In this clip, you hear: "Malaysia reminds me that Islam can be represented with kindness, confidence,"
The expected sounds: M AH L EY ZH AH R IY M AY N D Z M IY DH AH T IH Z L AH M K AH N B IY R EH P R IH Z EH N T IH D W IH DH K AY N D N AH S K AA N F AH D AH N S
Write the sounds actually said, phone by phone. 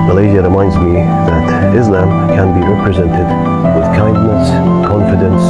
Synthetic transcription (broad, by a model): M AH L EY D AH R IY M AY N D Z M IY DH AH T IH Z L AH M K AH N B IY R EH P R IH Z EH N T IH D W IH DH K AY N D N AH S K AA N F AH D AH N S